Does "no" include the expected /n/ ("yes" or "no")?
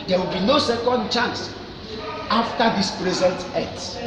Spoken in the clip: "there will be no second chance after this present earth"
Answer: yes